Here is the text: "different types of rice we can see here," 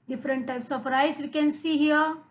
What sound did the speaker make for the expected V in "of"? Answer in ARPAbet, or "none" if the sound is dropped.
P